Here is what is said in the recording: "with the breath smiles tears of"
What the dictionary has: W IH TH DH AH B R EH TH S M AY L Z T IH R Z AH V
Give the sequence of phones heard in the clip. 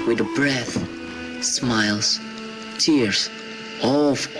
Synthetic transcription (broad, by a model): W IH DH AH B R EH TH S M AY L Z T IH R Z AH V